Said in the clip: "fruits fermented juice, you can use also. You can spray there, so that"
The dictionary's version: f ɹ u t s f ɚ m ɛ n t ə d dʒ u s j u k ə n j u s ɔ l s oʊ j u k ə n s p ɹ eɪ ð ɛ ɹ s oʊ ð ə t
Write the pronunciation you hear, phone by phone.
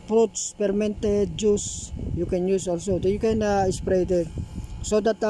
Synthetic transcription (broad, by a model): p ɹ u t s p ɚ m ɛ n t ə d dʒ u s j u k ə n j u s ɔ l s oʊ j u k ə n s p ɹ eɪ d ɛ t s oʊ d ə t